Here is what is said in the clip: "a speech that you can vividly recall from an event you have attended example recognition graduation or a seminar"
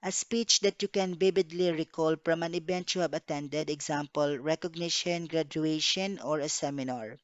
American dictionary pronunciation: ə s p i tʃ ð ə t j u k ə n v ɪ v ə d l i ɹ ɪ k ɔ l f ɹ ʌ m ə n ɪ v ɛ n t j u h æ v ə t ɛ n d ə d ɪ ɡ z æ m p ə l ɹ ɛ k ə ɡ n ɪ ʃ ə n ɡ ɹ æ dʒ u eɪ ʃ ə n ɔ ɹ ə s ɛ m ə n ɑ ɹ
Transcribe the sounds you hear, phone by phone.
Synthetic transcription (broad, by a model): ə s p i tʃ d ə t j u k ə n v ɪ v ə d l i ɹ ɪ k ɔ l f ɹ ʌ m ə n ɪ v ɛ n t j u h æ b ə t ɛ n d ə d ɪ ɡ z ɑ m p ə l ɹ ɛ k ə ɡ n ɪ ʃ ə n ɡ ɹ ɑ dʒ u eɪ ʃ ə n ɔ ɹ ə s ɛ m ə n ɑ ɹ